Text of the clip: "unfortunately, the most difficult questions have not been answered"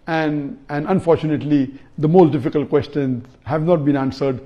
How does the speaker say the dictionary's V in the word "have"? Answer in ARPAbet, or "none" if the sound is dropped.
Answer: V